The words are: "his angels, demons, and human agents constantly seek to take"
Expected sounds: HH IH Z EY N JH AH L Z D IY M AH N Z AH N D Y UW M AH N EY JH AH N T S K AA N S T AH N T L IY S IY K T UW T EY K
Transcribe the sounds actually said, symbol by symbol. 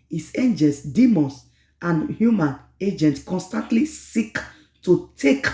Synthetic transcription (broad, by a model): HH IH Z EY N JH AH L S D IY M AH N S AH N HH Y UW M AH N EY JH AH N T K AA N S T AH N T L IY S IY K T UW T EY K